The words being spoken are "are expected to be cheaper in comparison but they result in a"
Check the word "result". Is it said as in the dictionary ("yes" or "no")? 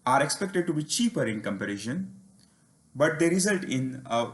yes